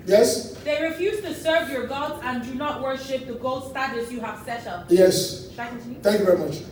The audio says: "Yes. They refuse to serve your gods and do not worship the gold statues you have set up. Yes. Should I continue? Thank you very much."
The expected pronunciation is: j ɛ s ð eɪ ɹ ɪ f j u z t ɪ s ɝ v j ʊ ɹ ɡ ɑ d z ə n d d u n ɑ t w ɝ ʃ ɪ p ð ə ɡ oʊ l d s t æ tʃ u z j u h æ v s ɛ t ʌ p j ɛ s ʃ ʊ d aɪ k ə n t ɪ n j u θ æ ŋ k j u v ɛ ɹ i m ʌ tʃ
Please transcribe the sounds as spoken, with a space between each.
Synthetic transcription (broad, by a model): j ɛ s ð eɪ ɹ ɪ f j u z t ɪ s ɝ v j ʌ ɹ ɡ ɑ d z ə n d d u n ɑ t w ɝ ʃ ɪ p ð ə ɡ oʊ l d s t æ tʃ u s j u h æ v s ɛ t ʌ p j ɛ s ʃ aɪ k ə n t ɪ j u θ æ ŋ k j u v ɛ ɹ i m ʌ tʃ